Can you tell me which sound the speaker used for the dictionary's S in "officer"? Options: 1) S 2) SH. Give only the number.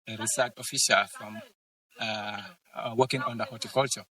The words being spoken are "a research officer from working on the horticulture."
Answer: 2